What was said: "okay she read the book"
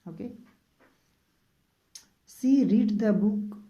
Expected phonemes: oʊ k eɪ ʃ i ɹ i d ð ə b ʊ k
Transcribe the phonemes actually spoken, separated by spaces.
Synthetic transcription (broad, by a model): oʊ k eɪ s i ɹ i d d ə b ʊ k